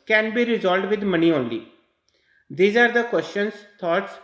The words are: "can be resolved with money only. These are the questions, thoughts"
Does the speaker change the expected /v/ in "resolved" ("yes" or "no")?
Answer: yes